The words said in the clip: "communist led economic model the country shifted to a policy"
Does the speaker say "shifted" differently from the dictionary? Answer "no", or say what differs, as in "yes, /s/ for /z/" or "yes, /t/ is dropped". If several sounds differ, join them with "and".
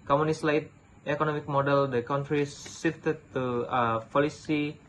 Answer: yes, /s/ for /ʃ/